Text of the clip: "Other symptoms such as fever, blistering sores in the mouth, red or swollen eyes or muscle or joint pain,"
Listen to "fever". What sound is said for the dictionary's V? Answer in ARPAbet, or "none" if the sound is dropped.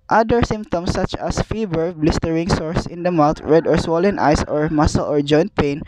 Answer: B